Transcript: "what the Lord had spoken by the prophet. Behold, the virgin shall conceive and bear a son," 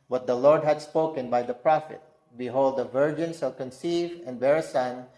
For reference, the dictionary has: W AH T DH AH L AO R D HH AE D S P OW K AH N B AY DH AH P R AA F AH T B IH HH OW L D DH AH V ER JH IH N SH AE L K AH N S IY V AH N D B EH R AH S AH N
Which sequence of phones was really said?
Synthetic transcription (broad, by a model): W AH T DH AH L AO R D HH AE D S P OW K AH N B AY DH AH P R AA F AH T B IH HH OW L D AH V ER JH IH N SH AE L K AH N S IY V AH N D B EH R AH S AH N